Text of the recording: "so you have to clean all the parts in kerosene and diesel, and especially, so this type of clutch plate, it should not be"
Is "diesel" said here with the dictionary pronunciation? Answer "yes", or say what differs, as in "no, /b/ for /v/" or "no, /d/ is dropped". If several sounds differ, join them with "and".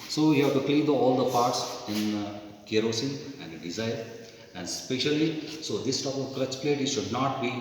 no, /n/ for /l/